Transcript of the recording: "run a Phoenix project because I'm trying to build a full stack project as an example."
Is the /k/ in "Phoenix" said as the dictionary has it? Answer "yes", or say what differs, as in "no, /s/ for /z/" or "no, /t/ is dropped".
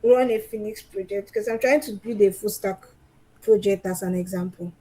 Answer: yes